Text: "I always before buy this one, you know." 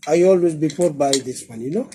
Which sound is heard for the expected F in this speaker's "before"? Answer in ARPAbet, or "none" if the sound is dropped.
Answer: P